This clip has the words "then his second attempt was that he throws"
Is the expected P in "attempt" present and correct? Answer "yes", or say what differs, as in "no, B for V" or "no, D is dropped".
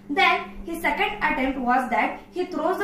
yes